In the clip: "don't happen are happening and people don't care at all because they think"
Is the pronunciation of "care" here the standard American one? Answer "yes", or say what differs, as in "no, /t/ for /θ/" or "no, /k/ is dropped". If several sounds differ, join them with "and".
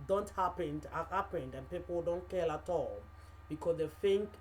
no, /l/ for /ɹ/